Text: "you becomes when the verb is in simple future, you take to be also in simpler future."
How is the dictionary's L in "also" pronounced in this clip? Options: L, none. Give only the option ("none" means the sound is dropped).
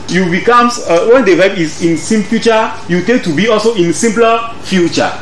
L